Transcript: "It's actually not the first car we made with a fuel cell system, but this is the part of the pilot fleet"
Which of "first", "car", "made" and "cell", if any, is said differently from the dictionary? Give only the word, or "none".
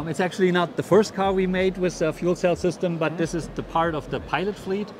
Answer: none